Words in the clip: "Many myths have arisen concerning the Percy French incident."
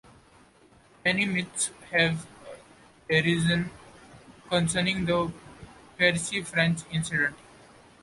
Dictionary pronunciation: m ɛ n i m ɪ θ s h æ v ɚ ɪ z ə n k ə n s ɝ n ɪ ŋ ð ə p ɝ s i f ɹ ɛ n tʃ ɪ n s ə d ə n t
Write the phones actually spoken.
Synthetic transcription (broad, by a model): m ɛ n i m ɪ t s h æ v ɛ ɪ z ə n k ə n s ɝ n ɪ ŋ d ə p ɝ s i f ɹ ɛ n tʃ ɪ n s ə d ə n t